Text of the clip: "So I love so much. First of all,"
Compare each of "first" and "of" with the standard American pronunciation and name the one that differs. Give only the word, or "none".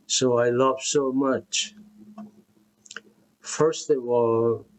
of